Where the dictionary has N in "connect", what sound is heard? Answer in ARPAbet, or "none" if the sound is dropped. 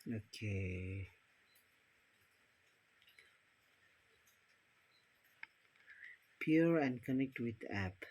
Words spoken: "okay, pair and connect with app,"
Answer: N